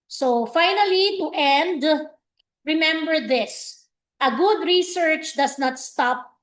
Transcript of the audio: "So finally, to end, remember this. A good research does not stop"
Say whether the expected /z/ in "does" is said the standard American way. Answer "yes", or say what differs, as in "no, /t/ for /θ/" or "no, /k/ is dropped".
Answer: no, /s/ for /z/